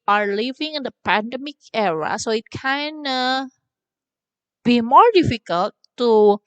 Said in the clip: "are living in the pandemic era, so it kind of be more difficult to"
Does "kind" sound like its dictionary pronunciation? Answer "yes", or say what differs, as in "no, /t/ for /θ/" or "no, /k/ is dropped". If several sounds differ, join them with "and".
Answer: no, /d/ is dropped